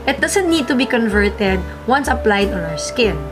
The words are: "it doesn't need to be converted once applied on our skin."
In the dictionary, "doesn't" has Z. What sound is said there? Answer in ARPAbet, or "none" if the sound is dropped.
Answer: S